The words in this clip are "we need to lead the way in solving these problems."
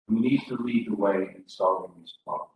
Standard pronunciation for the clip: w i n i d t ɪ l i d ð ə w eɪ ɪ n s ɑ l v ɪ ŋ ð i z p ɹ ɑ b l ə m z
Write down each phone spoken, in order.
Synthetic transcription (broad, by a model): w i n i d t ɪ l i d ð ə w eɪ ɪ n s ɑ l ɪ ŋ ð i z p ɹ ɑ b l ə